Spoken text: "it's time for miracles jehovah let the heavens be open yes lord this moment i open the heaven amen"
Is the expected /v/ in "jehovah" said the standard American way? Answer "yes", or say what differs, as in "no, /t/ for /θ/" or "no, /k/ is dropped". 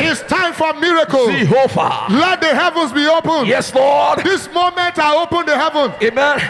no, /f/ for /v/